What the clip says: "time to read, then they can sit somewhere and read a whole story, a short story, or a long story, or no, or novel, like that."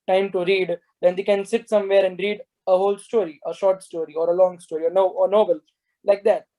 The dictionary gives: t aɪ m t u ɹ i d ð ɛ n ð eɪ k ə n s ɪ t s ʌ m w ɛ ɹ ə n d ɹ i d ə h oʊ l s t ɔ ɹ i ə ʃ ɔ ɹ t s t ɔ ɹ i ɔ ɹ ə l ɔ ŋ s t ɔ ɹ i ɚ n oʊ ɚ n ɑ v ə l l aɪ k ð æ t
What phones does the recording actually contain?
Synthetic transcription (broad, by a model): t aɪ m t u ɹ i d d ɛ n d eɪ k ə n s ɪ t s ʌ m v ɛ ɹ ə n d ɹ i d ə h oʊ l s t ɔ ɹ i ə ʃ ɔ ɹ t s t ɔ ɹ i ɔ ɹ ə l ɔ ŋ s t ɔ ɹ i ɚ n oʊ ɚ n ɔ b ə l l aɪ k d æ t